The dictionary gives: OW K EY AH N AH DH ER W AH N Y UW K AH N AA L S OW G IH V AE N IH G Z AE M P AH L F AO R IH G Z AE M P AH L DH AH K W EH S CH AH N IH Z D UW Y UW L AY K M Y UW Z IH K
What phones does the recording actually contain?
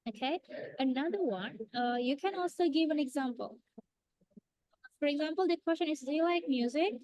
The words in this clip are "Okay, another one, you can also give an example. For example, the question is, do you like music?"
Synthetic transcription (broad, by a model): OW K EY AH N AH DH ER W AH N Y UW K AH N AA L S OW G IH V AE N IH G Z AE M P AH L F AO R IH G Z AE M P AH L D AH K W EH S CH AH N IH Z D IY L AY K M Y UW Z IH K